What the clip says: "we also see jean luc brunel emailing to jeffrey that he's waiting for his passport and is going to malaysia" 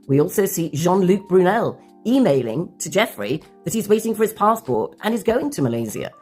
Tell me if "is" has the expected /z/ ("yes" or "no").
yes